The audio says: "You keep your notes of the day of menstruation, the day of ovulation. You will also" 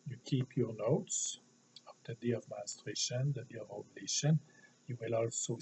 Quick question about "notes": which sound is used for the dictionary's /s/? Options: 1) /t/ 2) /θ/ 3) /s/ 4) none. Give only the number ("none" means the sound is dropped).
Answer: 3